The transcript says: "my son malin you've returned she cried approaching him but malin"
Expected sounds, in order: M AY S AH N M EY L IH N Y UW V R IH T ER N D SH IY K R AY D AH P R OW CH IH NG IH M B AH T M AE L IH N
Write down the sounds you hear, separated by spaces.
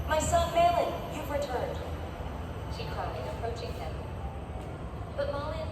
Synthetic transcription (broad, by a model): M AY S AH N M EY L IH N Y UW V R IH T ER N D SH IY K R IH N AH P R OW CH IH NG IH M B AH T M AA L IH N